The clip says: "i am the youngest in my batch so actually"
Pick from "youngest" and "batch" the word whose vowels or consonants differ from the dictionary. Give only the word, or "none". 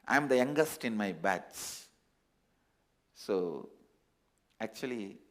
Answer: batch